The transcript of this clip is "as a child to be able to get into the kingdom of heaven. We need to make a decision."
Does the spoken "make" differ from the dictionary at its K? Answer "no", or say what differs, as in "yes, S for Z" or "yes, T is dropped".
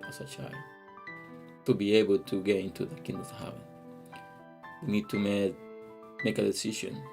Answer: no